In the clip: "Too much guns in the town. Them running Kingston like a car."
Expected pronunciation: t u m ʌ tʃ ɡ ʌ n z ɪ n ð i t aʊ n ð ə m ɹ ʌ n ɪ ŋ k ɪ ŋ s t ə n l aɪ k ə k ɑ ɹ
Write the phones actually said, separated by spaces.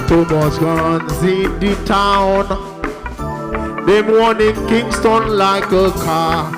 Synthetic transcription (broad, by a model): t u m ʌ s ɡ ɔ n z ɪ n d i t aʊ n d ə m w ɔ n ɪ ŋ k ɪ ŋ s t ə n l aɪ k ə k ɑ